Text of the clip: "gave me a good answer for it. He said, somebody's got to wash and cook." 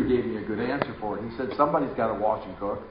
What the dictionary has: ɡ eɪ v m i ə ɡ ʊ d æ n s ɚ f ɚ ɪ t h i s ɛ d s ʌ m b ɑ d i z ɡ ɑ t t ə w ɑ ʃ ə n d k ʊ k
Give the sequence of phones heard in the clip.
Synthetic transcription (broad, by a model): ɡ eɪ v m i ə ɡ ʊ d æ n s ɚ f ɚ ɪ t h i s ɛ d s ʌ m b ɑ d i z ɡ ɑ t t ə w ɑ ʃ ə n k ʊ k